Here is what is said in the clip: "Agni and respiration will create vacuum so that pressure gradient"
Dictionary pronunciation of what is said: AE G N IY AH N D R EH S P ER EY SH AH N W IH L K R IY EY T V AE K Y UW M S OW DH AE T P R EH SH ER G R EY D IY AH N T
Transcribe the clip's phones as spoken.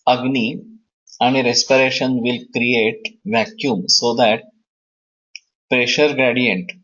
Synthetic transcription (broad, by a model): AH G N IY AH N D R EH S P ER EY SH AH N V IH L K R IY EY T V AE K Y UW M S OW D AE T P R EH SH ER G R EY D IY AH N T